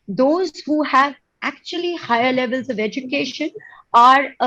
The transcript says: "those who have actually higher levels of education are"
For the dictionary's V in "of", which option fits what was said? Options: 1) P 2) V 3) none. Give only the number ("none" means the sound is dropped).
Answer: 2